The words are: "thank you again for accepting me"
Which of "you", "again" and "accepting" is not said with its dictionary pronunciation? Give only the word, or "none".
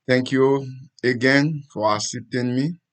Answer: accepting